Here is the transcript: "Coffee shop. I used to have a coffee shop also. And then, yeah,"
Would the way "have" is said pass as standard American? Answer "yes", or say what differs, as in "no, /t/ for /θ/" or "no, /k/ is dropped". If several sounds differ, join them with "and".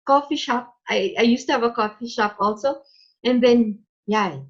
yes